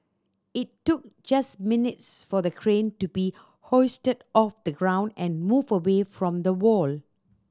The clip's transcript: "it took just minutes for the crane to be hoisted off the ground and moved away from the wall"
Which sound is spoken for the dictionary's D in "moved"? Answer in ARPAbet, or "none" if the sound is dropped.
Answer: none